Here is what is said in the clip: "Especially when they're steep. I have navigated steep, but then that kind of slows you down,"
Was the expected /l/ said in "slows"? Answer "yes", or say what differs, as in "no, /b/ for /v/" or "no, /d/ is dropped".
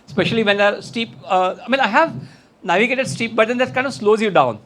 yes